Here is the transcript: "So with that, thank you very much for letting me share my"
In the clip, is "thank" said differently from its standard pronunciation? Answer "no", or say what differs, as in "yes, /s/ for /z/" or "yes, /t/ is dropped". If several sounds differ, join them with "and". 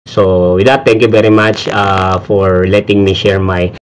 yes, /t/ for /θ/